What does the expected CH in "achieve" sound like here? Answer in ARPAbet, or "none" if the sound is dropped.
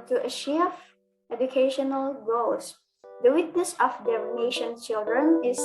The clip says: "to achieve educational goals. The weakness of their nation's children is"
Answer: SH